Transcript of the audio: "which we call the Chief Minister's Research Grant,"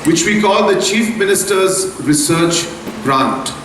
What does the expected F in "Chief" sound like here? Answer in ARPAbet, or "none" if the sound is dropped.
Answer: F